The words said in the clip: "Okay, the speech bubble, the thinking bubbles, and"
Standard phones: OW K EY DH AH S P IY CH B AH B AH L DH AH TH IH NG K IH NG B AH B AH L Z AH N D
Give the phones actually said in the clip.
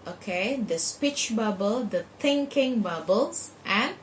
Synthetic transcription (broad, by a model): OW K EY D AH S P IY CH B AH B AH L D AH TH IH NG K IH NG B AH B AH L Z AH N